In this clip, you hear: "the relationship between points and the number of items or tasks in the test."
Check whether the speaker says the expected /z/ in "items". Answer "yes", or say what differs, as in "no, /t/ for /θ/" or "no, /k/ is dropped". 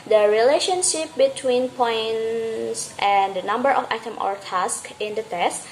no, /z/ is dropped